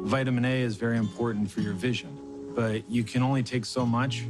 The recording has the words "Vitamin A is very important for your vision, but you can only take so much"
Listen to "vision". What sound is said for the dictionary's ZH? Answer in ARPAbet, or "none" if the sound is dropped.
ZH